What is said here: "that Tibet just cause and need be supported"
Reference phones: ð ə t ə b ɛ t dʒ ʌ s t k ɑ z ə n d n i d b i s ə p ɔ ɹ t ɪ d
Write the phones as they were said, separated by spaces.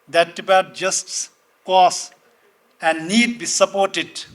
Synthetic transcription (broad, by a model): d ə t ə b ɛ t dʒ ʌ s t k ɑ s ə n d n i d b i s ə p ɔ ɹ t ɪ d